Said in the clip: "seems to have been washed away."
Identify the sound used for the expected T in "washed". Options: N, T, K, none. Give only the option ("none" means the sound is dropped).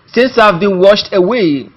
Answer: T